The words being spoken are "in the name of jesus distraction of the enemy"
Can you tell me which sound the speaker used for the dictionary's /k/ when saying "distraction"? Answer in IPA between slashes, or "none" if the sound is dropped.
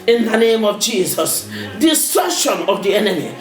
none